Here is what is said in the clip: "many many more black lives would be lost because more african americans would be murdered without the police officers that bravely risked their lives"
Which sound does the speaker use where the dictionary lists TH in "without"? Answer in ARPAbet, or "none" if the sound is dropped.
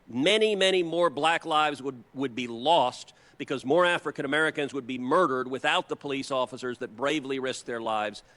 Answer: TH